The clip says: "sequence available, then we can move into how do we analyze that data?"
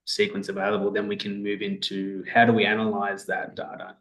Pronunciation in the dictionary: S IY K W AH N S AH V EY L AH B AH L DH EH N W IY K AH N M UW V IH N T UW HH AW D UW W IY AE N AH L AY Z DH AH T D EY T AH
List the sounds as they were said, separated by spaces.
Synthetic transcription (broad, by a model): S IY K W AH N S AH V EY L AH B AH L DH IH N W IY K AH N M UW V IH N T UW HH AW D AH W IY AE N AH L AY Z DH AH T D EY T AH